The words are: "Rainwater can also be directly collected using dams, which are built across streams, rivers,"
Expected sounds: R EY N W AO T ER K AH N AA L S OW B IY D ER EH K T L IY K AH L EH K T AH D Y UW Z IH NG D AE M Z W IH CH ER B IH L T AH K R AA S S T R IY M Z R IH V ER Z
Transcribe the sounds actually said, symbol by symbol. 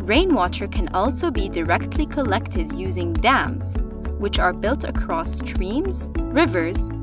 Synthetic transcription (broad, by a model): R EY N W AO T ER K AH N AA L S OW B IY D ER EH K T L IY K AH L EH K T AH D Y UW Z IH NG D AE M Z W IH CH ER B IH L T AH K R AA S S T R IY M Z R IH V ER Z